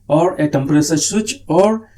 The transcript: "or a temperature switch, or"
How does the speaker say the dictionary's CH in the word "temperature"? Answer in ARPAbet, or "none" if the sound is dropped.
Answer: S